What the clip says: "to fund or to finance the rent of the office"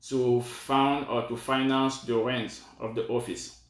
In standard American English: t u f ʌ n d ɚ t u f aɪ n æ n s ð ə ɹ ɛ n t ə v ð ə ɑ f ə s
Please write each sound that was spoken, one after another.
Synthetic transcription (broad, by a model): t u f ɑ n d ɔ t u f aɪ n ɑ n s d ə ɹ ɛ n t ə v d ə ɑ f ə s